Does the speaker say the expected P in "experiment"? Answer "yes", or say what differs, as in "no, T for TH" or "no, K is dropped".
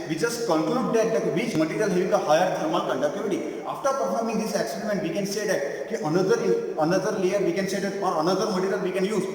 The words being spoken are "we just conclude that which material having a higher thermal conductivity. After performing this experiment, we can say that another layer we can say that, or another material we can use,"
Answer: no, P is dropped